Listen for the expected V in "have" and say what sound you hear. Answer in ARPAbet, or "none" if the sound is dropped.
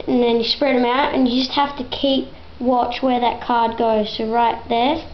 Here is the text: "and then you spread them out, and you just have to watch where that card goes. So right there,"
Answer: F